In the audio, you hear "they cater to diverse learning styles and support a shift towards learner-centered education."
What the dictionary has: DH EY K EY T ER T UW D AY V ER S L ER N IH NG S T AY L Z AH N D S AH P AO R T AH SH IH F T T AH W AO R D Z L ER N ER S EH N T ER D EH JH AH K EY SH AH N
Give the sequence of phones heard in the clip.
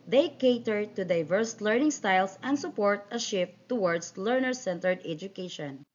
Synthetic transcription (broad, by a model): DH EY K EY T ER T UW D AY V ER S L ER N IH NG S T AY L S AH N D S AH P AO R T AH SH IH F T T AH W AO R D S L ER N ER S EH N T ER D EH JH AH K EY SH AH N